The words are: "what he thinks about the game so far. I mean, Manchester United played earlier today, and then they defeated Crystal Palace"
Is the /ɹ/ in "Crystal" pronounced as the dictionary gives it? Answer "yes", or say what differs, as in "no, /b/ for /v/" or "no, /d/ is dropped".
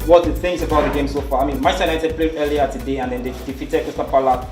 no, /ɹ/ is dropped